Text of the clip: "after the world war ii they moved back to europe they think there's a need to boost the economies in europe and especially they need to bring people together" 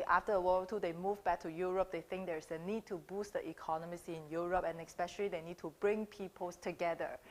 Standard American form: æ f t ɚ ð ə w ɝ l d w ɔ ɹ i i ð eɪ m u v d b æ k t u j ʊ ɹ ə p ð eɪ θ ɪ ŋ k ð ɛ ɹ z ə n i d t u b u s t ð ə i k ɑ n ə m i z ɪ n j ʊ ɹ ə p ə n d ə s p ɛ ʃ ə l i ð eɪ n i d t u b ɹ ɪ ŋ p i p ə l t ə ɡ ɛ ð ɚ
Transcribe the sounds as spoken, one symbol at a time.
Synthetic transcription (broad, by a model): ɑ f t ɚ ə w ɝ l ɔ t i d eɪ m u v b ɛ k t u j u ɹ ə p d eɪ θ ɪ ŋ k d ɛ ɹ s ə n i d t u b u s t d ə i k ɑ n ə m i s ɪ n j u ɹ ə p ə n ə s p ɛ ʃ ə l i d eɪ n i d t u b ɹ ɪ ŋ p i p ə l t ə ɡ ɛ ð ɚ